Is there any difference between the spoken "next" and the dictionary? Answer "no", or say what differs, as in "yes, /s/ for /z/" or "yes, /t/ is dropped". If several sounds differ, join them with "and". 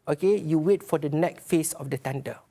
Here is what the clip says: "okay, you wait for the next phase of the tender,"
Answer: yes, /s/ is dropped